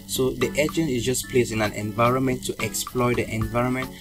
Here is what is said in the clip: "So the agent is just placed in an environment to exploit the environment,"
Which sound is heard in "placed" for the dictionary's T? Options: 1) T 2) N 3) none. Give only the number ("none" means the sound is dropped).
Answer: 3